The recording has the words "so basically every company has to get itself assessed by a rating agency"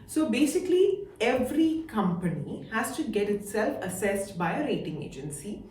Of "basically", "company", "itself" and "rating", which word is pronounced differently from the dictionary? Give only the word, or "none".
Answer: none